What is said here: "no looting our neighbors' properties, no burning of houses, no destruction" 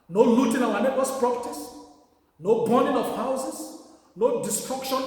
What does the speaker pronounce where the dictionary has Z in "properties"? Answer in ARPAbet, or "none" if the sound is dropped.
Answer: S